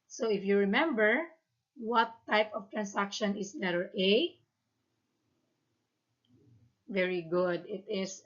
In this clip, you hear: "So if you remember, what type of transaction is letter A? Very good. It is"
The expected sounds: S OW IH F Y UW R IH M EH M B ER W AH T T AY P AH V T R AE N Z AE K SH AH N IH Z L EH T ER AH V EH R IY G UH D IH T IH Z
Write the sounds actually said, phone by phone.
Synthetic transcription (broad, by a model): S OW IH F Y UW R IH M EH M B ER W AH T T AY P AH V T R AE N S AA K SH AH N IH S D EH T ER AH V EH R IY G UH D IH T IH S